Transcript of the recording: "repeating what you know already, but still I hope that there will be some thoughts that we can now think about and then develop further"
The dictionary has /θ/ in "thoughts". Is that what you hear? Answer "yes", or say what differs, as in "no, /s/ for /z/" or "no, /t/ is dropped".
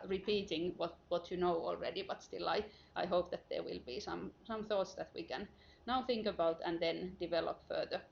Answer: yes